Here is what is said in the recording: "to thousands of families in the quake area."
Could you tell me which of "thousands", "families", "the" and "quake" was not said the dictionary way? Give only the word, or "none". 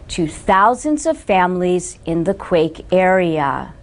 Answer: none